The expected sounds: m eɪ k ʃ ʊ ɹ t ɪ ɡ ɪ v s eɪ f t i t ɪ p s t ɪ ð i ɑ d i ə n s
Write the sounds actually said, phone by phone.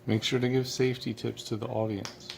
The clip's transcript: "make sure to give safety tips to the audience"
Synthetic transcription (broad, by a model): m eɪ k ʃ ʊ ɹ t ɪ ɡ ɪ v s eɪ f t i t ɪ p s t ɪ ð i ɑ d i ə n s